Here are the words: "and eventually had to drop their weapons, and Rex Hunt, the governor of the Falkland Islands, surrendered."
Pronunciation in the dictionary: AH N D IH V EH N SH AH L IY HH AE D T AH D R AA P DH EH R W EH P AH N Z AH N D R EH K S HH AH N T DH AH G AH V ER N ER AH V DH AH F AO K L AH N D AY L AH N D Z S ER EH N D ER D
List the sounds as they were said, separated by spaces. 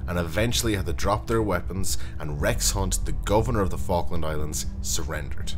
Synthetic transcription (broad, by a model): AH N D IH V EH N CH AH L IY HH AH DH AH D R AA P DH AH R W EH P AH N Z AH N R EH K S HH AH N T DH AH G AH V ER N ER AH V DH AH F AO K L AH N D AY L AH N D Z S ER EH N D ER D